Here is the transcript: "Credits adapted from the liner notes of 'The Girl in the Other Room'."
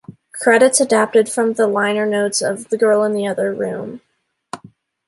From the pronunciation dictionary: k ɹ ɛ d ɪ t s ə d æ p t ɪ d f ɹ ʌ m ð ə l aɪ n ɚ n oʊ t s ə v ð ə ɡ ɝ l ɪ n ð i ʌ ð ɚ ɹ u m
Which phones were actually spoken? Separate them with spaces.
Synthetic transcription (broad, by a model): k ɹ ɛ d ɪ t s ə d æ p t ɪ d f ɹ ʌ m ð ə l aɪ n ɚ n oʊ t s ə v ð ə ɡ ɝ l ɪ n ð i ʌ ð ɚ ɹ u m